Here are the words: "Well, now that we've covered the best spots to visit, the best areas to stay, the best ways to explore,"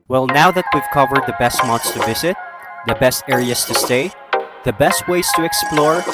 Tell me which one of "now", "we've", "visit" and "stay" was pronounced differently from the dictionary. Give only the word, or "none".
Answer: none